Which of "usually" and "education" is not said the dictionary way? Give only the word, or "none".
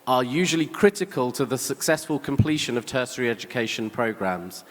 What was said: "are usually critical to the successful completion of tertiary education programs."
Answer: none